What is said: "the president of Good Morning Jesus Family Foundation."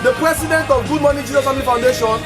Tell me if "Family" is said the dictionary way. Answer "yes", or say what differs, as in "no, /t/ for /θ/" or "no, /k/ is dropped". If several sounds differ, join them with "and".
no, /l/ is dropped